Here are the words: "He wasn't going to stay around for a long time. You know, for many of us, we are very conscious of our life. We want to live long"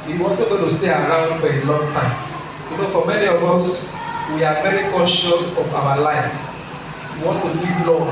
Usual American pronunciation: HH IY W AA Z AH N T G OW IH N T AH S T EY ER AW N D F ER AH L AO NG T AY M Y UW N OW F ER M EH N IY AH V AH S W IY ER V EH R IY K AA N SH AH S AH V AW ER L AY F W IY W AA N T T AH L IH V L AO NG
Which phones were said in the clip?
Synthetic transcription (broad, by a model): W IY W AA S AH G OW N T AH S T EY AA AW N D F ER AH L AO NG T AY M Y UW N OW F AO M EH N IY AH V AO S W IY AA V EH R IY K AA SH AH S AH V AW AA L AY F W IY W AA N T T AH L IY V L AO